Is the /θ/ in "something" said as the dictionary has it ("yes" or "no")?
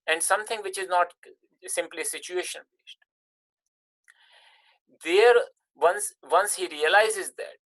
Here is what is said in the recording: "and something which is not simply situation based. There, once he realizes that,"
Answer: no